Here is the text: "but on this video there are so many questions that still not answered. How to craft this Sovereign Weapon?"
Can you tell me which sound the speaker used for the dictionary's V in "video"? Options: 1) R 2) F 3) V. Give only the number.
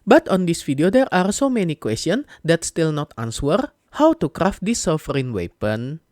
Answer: 2